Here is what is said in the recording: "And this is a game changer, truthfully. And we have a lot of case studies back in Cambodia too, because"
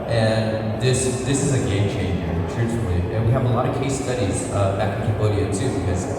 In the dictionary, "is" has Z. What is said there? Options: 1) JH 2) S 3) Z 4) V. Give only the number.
3